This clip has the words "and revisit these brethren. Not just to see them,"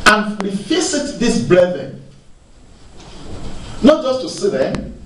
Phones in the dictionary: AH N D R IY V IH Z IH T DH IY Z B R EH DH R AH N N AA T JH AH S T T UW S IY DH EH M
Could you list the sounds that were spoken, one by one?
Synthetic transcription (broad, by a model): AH N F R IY F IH S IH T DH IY S B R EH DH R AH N N AA T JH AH S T T UW S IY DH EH